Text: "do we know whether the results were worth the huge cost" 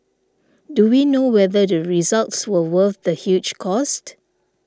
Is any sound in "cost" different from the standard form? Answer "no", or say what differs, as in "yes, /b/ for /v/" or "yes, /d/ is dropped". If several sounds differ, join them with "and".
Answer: no